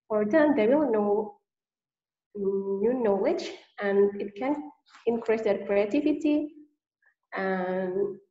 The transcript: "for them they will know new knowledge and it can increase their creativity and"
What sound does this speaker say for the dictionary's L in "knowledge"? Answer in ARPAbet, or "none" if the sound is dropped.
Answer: W